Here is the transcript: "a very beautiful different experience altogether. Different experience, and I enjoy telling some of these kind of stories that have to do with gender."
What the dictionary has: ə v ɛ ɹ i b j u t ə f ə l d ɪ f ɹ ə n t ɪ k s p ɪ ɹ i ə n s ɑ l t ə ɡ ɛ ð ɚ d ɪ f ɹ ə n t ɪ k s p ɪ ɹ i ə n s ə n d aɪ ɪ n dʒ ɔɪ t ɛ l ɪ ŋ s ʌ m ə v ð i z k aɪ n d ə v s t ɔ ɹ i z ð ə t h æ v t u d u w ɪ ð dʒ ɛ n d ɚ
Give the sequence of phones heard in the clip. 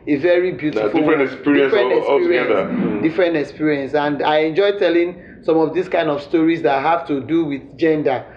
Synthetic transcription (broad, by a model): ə v ɛ ɹ i b j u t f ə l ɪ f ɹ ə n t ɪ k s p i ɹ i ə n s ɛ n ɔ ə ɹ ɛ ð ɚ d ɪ f ɹ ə n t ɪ k s p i ɹ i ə n s ə n d aɪ ɪ n dʒ ɔɪ t ɛ l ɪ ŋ s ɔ m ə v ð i s k aɪ n d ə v s t ɔ ɹ i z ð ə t h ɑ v t u d u w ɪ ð dʒ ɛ n d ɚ